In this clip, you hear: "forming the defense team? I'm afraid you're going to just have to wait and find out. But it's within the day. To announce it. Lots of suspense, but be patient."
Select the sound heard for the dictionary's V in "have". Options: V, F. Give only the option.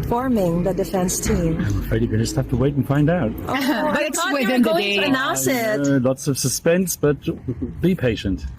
F